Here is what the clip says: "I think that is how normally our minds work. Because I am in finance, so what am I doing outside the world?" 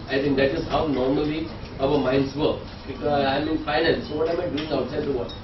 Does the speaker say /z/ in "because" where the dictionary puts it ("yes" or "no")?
no